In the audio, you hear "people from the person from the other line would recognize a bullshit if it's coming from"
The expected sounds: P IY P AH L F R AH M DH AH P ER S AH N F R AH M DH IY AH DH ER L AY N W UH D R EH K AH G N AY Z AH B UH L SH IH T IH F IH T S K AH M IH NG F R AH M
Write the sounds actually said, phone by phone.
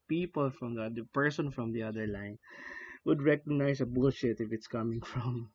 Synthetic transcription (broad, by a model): P IY P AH L F R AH M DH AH P ER S AH N F R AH M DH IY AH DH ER L AY N W UH D R EH K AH G N AY S AH B UH L SH IH T IH F IH T S K AH M IH NG F R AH M